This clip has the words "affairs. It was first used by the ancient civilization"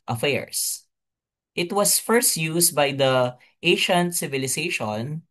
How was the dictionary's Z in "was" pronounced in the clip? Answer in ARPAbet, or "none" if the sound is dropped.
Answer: S